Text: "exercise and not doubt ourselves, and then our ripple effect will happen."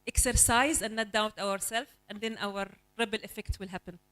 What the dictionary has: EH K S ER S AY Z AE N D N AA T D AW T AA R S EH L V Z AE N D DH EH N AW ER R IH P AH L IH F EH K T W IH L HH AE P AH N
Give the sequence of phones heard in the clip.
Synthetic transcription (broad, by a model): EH K S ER S AY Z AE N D N AA T D AW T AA R S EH L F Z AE N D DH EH N AW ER R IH B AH L IH F EH K T W IH L HH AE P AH N